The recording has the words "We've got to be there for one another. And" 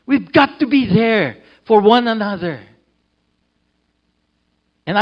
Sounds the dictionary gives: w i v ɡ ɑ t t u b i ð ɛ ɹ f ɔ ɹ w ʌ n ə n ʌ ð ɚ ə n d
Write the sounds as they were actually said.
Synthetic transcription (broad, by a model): w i v ɡ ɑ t t u b i ð ɛ ɹ f ɔ ɹ w ʌ n ə n ʌ ð ɚ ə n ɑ